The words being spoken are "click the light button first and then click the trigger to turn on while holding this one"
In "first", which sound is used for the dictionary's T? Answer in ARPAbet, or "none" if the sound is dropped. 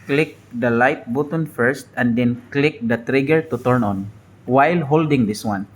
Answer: T